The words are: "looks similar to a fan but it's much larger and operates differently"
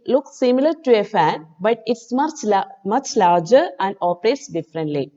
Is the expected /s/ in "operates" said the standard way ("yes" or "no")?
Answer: yes